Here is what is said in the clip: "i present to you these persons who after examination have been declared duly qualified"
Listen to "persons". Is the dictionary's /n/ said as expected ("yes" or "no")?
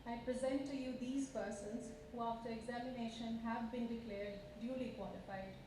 yes